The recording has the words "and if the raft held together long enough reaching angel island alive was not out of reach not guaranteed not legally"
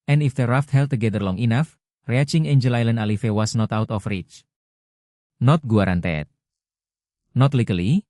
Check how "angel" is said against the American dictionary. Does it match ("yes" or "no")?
yes